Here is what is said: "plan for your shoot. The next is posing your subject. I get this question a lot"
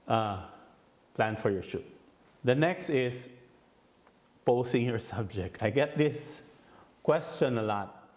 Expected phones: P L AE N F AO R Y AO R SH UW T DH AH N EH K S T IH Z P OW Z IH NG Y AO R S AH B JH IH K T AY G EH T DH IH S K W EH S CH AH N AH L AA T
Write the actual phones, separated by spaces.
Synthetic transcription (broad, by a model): P L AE N F AO R Y AO R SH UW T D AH N EH K S T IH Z P OW S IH NG Y AO R S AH B JH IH K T AY G EH T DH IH S K W EH S CH AH N AH L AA T